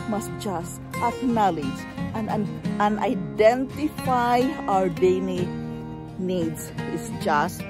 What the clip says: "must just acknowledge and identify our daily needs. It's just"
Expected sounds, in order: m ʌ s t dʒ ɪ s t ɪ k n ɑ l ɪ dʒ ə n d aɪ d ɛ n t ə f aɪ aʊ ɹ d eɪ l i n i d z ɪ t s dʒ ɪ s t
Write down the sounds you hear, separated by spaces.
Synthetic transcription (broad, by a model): m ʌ s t dʒ ɪ s t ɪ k n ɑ l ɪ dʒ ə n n aɪ d ɛ n t ə f aɪ aʊ ɹ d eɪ n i n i d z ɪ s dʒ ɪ s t